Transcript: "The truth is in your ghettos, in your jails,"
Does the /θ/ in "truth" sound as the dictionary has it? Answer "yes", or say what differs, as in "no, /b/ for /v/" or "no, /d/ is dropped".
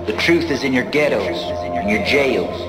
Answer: yes